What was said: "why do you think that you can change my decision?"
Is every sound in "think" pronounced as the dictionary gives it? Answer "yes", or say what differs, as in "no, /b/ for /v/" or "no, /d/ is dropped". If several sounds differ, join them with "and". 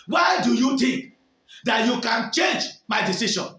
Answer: no, /t/ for /θ/